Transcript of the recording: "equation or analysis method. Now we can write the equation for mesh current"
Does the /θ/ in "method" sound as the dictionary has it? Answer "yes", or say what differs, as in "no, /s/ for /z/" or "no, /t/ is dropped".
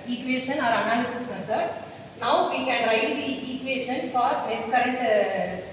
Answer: no, /s/ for /θ/